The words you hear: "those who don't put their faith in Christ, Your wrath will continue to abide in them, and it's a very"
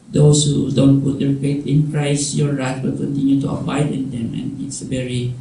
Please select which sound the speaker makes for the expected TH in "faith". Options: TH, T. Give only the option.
T